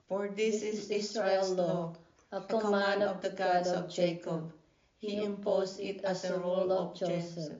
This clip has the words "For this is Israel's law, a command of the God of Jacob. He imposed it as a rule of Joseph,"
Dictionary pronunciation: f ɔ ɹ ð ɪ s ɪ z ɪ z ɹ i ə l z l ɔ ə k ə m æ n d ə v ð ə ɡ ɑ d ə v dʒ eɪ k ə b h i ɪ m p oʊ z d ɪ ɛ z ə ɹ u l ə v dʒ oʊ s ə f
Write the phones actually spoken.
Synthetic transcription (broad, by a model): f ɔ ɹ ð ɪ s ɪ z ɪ s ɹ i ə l l ɔ ə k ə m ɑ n ə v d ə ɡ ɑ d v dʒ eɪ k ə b h i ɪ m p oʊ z ɪ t ə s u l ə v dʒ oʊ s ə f